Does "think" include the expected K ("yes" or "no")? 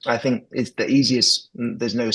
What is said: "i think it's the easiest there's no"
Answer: yes